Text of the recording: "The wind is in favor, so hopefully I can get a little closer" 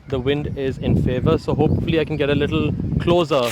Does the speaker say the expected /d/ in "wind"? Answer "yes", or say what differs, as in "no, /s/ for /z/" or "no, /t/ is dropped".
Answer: yes